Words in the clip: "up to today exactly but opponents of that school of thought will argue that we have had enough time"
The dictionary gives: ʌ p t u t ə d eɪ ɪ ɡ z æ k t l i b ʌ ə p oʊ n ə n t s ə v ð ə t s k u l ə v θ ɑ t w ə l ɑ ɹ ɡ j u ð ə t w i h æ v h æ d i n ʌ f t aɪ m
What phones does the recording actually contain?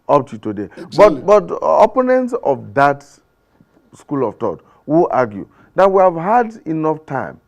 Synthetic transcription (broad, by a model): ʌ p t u t ə d eɪ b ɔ t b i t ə p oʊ n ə n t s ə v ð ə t s k u l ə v t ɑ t w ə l ɑ ɡ j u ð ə t w i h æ v h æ d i n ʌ f t aɪ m